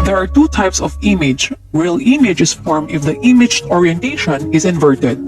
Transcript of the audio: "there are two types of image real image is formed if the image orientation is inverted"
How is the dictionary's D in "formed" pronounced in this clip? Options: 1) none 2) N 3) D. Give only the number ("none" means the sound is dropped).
1